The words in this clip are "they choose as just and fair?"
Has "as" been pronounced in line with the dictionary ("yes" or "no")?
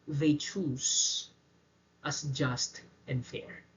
no